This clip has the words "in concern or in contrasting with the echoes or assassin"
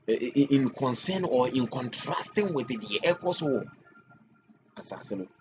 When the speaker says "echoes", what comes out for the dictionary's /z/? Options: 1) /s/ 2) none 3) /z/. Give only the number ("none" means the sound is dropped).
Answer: 1